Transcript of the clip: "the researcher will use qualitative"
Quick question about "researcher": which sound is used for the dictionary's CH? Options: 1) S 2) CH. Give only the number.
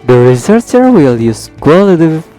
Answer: 1